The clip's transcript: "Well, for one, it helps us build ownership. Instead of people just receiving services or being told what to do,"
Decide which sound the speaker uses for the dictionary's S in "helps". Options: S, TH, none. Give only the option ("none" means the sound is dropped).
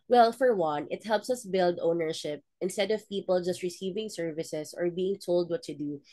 S